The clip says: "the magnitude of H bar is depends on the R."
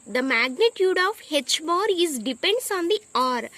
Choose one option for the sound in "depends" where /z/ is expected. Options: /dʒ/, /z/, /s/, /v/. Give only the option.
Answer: /s/